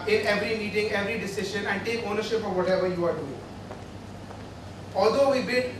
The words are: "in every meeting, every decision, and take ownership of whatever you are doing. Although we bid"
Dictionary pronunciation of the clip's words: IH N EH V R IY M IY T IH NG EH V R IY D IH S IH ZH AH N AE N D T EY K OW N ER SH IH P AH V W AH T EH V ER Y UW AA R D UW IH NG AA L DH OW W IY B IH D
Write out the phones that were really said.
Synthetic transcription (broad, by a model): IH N EH V R IY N IY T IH NG EH V R IY D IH S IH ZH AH N AE N D T EY K OW N ER SH IH P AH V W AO T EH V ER Y UW AA R D UW IH NG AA L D OW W IY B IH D